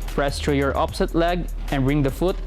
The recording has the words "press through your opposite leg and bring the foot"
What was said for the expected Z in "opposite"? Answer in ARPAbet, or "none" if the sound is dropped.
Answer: S